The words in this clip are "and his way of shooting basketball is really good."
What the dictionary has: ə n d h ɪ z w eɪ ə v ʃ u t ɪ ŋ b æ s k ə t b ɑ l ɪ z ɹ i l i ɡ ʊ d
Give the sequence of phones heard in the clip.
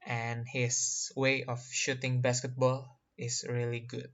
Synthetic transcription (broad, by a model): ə n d h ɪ s w eɪ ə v ʃ u t ɪ ŋ b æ s k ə t b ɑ l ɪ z ɹ i l i ɡ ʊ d